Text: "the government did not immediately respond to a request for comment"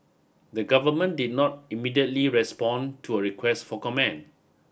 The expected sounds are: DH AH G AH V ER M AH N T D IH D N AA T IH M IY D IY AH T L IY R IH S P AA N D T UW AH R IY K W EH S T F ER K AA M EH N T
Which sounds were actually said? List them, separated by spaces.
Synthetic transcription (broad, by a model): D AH G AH V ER M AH N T D IH D N AA T IH M IY D IY AH T L IY R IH S P AA N T UW AH R IY K W EH S T F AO K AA M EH N